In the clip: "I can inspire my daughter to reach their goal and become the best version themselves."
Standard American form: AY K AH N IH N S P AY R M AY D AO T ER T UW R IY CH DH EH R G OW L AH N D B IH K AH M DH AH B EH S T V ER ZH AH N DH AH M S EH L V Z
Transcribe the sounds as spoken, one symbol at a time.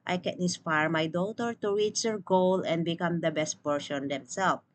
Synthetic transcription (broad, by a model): AY K AH N IH N S P AY R M AY D AO T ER T UW R IY CH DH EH R G OW L AH N D B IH K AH M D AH B EH S T P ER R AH N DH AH M S EH L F